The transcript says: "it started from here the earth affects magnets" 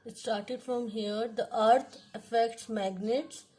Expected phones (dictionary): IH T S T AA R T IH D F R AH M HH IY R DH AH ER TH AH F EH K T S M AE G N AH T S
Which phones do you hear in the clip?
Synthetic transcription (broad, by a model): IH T S T AA R T IH D F R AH M HH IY R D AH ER T AH F EH K T S M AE G N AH T S